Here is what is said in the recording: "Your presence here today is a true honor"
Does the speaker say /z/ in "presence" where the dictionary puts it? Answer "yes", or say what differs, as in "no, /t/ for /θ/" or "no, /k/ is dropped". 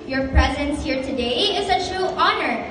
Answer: yes